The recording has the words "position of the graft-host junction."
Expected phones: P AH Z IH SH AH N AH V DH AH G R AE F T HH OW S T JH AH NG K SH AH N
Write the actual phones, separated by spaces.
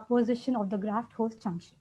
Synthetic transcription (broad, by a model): P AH Z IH SH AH N AH V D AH G R AE F T HH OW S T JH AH NG K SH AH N